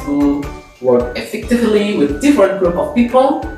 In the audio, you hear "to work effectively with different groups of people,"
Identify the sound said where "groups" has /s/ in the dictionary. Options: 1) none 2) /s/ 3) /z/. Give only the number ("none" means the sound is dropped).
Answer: 1